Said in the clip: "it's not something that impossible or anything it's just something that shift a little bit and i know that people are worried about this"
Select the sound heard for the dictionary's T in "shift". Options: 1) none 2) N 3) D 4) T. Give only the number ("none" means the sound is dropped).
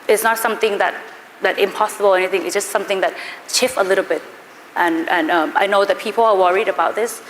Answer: 1